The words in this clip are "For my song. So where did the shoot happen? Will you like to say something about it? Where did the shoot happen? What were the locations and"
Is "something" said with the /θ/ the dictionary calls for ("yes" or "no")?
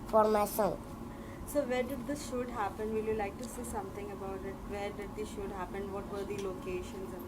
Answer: no